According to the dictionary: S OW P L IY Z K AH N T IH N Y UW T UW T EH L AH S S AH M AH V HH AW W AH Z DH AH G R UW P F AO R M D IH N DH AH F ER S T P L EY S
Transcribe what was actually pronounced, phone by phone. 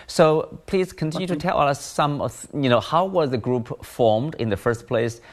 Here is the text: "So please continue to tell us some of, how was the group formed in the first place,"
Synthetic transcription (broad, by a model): S OW P L IY Z K AH N T IH N Y UW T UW T EH L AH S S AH M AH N HH AW W AH Z DH AH G R UW P F AO R M D IH N DH AH F ER S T P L EY S